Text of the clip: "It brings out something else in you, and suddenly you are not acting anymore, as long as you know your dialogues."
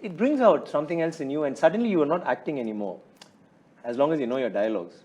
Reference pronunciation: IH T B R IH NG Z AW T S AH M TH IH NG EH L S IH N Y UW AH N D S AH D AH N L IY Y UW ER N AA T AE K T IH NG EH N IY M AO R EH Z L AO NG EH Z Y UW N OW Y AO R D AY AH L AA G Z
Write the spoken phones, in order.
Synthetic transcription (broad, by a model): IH T B R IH NG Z AW T S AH M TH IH NG EH L S IH N Y UW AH N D S AH D AH N L IY Y UW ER N AA T AE K T IH NG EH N IY M AO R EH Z L AO NG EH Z Y UW N OW Y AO D AY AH L AA G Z